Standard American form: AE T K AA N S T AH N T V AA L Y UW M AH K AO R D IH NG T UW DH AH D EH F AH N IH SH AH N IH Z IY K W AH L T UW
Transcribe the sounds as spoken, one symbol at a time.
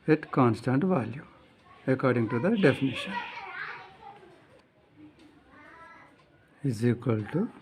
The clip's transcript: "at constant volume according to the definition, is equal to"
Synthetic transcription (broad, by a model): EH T K AA N S T AH N T V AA L Y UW AH K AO R D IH NG T UW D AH D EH F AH N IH SH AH N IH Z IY K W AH L T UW